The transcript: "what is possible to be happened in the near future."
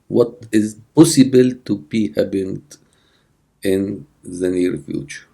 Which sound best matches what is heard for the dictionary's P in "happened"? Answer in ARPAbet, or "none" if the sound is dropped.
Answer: B